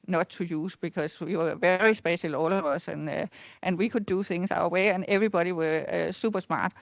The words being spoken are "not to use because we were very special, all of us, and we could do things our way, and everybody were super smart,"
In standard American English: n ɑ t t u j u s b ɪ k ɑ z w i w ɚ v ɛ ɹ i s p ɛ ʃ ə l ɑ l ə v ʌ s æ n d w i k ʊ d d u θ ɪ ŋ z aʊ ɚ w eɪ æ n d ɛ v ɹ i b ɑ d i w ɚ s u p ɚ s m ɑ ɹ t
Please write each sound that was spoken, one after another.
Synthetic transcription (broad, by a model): n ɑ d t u j u s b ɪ k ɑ s w i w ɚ v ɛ ɹ i s b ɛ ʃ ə l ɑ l ə v ʌ s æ n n w i k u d d u θ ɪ ŋ s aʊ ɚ w eɪ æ n ɛ v ɹ i b ɑ d i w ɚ s u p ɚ s m ɑ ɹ